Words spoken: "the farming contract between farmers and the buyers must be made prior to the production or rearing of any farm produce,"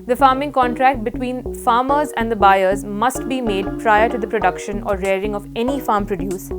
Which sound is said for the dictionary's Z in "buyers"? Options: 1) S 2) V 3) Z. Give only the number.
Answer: 3